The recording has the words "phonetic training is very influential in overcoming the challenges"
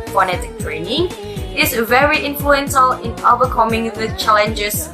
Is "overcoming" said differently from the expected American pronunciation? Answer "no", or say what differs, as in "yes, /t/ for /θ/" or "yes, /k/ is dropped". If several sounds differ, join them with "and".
yes, /b/ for /v/